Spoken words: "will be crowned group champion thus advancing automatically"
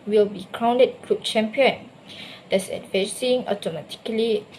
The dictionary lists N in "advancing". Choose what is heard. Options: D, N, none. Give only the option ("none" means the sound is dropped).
none